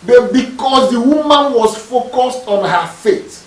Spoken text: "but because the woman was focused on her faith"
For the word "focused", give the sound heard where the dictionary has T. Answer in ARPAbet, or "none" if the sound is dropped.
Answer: T